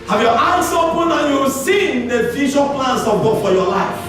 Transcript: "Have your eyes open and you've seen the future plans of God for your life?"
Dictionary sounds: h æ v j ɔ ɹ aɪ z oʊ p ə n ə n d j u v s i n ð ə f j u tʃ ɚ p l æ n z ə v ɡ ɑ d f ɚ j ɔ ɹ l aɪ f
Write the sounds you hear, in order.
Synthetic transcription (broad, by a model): h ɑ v j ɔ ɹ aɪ s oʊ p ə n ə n j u s i n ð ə f j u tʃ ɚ p l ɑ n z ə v ɡ ɑ d f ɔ j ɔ l aɪ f